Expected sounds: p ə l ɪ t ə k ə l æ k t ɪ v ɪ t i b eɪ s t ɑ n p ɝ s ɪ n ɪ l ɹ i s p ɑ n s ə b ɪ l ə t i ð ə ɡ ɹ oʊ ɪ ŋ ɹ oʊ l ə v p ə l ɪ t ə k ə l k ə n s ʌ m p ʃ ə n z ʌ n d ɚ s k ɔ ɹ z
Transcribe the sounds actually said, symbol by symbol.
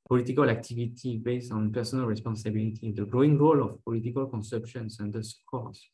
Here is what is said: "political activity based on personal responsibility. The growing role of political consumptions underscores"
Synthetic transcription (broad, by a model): p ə l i t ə k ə l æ k t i v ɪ t i b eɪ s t ɑ n p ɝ s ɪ n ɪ l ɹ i s p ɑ n s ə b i l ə t i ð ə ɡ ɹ oʊ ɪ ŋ ɹ oʊ l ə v p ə l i t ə k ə l k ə n s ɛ p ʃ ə n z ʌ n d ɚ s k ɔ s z